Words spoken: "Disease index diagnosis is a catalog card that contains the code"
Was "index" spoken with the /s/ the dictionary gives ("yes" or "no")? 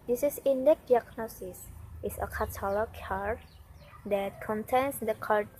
no